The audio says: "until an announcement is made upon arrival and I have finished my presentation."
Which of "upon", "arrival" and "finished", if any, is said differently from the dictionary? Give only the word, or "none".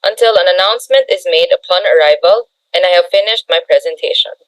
none